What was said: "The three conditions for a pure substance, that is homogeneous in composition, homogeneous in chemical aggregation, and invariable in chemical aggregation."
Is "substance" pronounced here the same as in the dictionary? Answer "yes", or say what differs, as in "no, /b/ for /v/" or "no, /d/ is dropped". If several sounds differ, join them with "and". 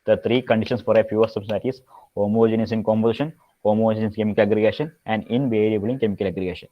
no, /b/ is dropped